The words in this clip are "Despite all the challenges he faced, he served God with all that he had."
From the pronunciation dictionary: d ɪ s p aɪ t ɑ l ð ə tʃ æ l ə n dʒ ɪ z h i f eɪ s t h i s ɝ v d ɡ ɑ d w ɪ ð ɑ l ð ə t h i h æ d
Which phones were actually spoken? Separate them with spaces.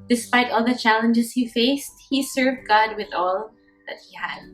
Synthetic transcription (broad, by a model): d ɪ s p aɪ t ɑ l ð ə tʃ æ l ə n dʒ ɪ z h i f eɪ s t h i s ɝ v d ɡ ɑ d w ɪ ð ɑ l ð ə t h i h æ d